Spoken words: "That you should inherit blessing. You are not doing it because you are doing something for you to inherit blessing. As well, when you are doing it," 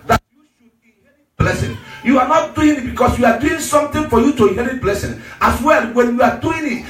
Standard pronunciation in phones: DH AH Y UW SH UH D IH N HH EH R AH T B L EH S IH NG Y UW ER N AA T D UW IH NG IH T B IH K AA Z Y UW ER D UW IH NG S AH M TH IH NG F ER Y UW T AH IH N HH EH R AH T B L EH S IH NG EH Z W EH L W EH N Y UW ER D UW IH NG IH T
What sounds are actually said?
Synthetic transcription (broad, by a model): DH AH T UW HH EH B L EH S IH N Y UW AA N AA T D UW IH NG IH T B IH K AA S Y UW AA D UW IH NG S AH M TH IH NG F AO Y UW T AH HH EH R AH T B L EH S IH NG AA S W EH L W EH N Y UW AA D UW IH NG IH T